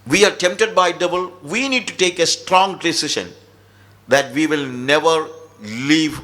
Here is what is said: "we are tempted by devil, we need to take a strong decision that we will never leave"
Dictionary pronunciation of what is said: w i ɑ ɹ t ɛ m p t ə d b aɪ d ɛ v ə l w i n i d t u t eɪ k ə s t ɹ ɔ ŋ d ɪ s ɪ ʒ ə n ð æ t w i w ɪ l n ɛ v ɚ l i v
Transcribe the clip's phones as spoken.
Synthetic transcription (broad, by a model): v i ɑ ɹ t ɛ m p t ə d b aɪ d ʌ b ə l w i n i d t u t eɪ k ə s t ɹ ɔ ŋ d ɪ s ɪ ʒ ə n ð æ t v i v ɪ l n ɛ v ɚ l i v